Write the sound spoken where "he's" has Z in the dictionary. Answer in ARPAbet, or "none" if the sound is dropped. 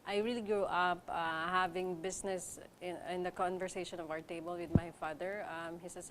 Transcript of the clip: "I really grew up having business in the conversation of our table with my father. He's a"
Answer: S